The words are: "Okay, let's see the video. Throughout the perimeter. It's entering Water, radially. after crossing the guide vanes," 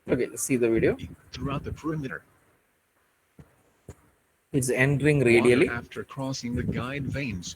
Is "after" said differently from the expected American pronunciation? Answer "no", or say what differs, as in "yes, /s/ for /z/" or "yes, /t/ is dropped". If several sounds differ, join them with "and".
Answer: no